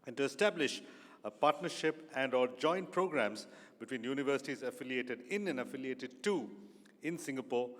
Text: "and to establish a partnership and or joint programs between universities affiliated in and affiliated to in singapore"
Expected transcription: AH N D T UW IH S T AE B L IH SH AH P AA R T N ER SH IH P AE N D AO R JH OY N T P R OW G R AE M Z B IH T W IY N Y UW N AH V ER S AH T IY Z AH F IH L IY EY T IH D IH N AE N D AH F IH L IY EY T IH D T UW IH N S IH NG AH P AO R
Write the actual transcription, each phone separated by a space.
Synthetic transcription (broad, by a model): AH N T UW IH S T AE B L IH SH AH P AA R T N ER SH IH P AE N D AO L JH OY N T P R OW G R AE M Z B IH T W IY N Y UW N AH V ER S AH T IY Z AH F IH L IY EY T IH D IH N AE N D AH F IH L IY EY T IH D T UW IH N S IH NG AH P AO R